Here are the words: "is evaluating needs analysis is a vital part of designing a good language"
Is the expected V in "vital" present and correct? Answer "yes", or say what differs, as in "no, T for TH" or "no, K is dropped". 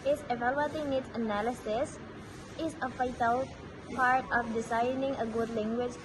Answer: no, F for V